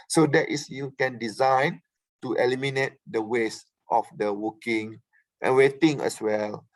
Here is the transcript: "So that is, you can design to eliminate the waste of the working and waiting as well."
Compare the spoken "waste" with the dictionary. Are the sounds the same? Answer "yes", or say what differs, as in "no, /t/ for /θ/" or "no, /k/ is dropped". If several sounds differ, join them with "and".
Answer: yes